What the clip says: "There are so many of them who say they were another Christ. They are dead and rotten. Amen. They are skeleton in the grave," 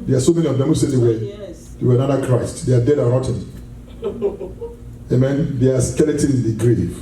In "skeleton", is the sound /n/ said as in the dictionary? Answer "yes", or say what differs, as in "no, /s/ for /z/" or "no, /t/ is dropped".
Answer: no, /n/ is dropped